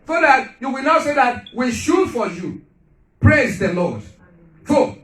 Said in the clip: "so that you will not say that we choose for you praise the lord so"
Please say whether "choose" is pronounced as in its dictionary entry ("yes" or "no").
no